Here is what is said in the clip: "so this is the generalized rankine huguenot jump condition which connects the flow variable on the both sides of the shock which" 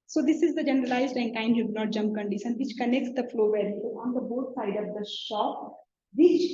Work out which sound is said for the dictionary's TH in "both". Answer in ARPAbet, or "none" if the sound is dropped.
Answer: T